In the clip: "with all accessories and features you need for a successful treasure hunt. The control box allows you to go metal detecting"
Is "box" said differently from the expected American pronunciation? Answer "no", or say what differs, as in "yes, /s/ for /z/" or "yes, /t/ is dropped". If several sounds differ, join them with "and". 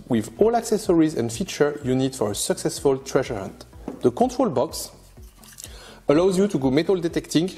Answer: no